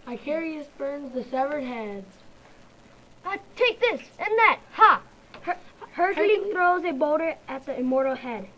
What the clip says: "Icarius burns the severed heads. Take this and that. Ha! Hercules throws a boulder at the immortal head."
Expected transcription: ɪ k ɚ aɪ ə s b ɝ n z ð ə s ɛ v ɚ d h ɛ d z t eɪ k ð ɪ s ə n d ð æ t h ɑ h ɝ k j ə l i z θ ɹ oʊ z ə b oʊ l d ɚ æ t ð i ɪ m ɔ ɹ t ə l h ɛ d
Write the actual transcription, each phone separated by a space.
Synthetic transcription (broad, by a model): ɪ k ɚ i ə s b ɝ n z ð ə s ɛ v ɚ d h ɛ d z t eɪ k ð ɪ s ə n ð æ t h ɑ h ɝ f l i θ ɹ oʊ z ə b oʊ d ɚ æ t ð i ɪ m ɔ ɹ t l h ɛ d